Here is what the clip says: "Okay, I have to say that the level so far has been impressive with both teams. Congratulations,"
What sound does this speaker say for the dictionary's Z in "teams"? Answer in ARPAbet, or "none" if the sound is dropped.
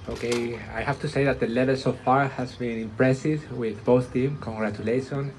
none